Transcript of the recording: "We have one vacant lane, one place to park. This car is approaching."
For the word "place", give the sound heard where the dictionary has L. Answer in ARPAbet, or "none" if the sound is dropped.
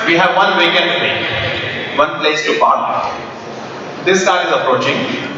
L